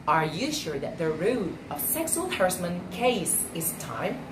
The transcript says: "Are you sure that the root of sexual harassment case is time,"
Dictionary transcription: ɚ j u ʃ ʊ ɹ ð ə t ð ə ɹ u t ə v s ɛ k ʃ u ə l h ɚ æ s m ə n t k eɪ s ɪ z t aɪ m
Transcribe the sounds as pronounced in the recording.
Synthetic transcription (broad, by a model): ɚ j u ʃ ʊ ɹ ð ə t ð ə ɹ u t ə v s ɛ k s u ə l h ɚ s m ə n k eɪ s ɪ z t aɪ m